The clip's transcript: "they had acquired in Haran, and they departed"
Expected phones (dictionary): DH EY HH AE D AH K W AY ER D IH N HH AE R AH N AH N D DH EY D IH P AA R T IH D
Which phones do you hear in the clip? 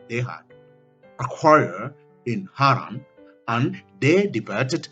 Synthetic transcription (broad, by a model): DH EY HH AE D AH K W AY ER IH N HH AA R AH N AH N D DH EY D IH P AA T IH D